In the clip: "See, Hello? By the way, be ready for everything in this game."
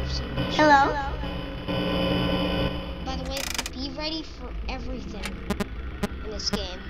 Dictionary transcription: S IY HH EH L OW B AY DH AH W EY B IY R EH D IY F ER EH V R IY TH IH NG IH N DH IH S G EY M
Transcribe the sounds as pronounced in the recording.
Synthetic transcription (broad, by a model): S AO HH EH L OW B AY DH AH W EY B IY R EH D IY F ER EH V R IY TH IH NG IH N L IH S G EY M